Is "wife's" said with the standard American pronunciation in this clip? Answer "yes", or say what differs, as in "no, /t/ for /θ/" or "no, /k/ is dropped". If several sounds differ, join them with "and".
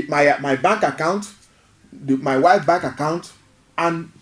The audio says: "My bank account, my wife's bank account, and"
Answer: no, /s/ is dropped